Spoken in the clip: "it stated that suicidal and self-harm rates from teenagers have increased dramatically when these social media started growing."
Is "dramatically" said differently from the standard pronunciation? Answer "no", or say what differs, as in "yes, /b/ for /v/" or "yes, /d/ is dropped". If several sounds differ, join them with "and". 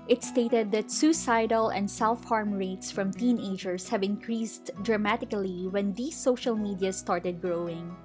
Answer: no